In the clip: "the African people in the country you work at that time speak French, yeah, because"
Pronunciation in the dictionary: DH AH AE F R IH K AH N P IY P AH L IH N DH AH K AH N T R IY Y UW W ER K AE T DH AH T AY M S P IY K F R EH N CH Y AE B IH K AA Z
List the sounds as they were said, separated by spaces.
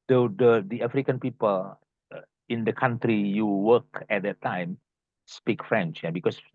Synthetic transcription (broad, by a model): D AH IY F R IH K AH N P IY P AH L IH N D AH K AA N T R IY Y UW W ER K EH T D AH T AY M S P IY K F R EH N CH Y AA B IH K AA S